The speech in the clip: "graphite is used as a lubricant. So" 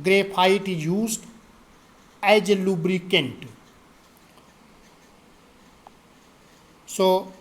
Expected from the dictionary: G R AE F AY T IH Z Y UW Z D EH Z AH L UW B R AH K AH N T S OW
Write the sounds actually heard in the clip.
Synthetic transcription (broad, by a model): G R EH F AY T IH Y UW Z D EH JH AH L UW B R AH K AH N T S OW